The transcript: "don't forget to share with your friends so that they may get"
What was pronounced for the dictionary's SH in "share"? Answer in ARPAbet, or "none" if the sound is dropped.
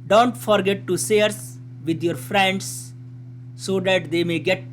S